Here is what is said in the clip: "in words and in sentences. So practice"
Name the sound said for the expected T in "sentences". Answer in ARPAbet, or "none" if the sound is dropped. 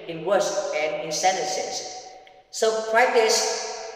S